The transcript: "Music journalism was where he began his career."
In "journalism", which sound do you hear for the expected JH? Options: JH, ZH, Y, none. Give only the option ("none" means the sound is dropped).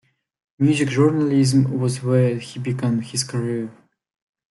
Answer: ZH